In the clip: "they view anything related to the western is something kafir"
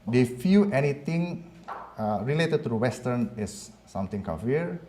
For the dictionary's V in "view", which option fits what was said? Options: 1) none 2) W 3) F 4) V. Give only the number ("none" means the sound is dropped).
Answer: 3